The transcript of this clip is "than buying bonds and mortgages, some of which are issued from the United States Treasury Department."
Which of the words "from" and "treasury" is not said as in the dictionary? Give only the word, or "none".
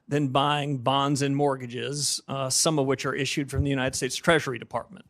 none